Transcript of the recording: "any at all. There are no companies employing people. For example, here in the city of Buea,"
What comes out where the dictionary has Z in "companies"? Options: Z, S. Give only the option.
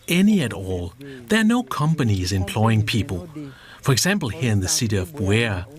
Z